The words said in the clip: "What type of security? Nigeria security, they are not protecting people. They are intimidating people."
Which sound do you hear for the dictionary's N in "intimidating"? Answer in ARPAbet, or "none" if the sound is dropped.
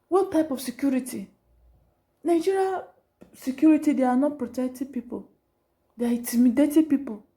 none